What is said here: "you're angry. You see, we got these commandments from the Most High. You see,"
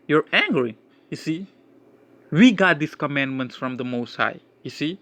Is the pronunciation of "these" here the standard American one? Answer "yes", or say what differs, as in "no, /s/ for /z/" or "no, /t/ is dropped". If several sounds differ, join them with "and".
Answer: no, /s/ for /z/